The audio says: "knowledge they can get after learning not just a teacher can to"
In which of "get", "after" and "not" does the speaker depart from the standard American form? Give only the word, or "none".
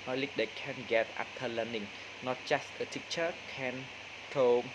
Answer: after